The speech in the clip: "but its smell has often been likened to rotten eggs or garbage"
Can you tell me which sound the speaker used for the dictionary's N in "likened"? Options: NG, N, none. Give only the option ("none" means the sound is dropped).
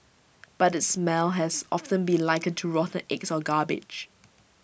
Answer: none